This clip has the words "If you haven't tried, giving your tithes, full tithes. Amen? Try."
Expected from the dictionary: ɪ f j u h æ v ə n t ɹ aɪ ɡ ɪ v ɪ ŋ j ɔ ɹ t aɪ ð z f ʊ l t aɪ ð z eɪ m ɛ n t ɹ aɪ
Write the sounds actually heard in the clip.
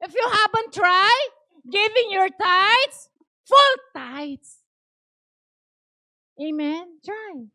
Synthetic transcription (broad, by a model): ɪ f j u h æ b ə n t ɹ aɪ ɡ ɪ v ɪ ŋ j ɔ ɹ t aɪ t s f ʊ l t aɪ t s eɪ m ɛ n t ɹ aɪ